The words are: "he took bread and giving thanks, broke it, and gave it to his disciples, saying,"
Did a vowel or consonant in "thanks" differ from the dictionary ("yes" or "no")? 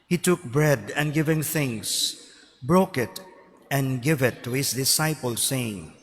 yes